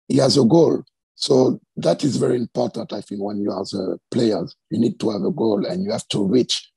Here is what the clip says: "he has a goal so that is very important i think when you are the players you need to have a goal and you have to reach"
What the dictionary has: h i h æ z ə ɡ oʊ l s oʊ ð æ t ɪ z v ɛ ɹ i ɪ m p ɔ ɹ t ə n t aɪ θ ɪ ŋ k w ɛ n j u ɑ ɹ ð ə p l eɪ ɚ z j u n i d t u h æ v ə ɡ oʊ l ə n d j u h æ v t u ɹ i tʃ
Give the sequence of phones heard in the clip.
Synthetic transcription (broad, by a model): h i h æ z ə ɡ oʊ l s oʊ ð æ t ɪ z v ɛ ɹ i ɪ m p ɔ ɹ t ə n t aɪ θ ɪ ŋ k w ɛ n j u ɑ ɹ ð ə p l eɪ ɚ z j u n i d t u h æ v ə ɡ oʊ l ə n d j u h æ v t u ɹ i tʃ